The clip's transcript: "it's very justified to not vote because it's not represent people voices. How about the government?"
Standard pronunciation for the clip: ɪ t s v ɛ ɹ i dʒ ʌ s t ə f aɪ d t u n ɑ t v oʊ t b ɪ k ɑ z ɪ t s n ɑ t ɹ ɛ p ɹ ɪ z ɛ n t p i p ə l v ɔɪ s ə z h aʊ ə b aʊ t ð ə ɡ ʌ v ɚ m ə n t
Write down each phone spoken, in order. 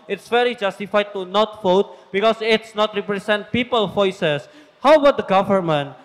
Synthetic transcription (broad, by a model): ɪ t s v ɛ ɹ i dʒ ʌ s t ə f aɪ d t u n ɑ t f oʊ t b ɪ k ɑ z ɪ t s n ɑ t ɹ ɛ p ɹ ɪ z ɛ n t p i p ə l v ɔɪ s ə s h aʊ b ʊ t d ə ɡ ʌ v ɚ m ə n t